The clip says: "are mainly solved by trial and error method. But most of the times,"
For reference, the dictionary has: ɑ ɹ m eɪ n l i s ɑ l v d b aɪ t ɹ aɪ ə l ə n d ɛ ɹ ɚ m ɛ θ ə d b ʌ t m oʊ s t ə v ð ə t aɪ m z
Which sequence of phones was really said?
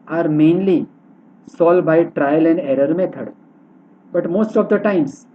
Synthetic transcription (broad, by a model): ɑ ɹ m eɪ n l i s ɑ l d b aɪ t ɹ aɪ ə l ə n d ɛ ɹ ɚ m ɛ t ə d b ʌ t m oʊ s t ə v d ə t aɪ m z